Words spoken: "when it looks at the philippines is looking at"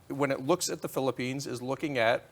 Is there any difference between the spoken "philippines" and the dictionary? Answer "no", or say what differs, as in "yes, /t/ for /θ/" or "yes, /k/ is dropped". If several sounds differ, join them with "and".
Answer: no